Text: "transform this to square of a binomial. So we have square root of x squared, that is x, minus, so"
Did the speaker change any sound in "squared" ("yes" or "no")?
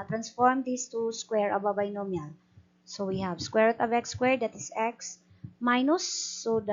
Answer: no